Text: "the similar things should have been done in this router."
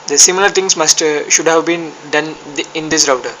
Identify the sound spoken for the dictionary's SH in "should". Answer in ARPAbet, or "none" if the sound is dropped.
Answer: SH